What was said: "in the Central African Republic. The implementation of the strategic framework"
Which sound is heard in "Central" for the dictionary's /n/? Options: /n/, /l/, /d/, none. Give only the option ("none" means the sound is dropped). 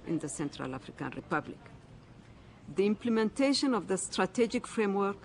/n/